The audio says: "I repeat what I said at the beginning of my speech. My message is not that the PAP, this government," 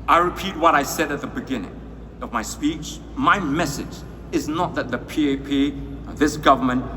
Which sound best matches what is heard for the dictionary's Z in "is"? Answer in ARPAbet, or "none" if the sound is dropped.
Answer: Z